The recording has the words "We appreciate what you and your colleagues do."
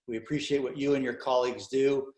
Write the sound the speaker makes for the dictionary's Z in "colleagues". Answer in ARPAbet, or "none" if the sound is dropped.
Z